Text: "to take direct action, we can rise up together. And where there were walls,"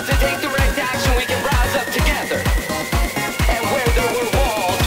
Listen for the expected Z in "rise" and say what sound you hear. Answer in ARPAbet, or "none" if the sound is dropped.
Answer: Z